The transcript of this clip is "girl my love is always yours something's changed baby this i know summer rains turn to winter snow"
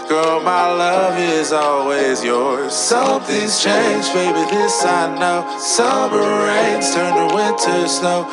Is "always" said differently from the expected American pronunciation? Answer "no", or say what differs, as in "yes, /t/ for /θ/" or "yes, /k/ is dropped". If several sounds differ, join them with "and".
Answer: no